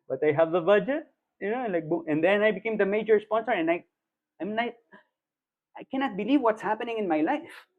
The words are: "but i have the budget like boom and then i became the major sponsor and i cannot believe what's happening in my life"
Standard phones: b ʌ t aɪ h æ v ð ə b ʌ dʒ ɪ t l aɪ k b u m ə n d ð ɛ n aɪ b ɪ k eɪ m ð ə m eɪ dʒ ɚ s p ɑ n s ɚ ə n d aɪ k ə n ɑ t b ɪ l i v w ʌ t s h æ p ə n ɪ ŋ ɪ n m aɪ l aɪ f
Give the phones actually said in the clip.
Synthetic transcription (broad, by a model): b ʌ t aɪ h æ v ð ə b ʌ dʒ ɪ t l aɪ k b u ə n d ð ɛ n aɪ b ɪ k eɪ m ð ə m eɪ dʒ ɚ s p ɑ n s ɚ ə n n aɪ k ə n ɑ t b ɪ l i v w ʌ t s h æ p ə n ɪ ŋ ɪ n m aɪ l aɪ f